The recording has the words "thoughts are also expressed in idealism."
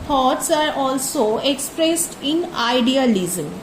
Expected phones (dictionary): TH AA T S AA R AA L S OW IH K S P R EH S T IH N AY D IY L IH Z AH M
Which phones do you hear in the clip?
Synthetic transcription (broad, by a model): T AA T S AA R AA L S OW IH K S P R EH S T IH N AY D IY L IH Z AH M